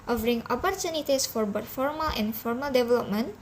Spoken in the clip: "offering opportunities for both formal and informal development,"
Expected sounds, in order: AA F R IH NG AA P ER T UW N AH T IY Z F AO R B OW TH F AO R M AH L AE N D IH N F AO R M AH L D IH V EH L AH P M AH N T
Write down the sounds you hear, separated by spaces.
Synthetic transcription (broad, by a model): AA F R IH NG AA P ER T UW N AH T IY S F AO R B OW T F AO R M AH L IH N F AO R M AH L D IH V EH L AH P M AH N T